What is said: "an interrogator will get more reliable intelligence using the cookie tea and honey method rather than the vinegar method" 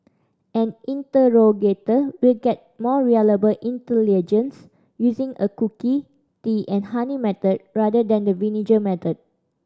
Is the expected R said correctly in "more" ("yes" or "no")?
yes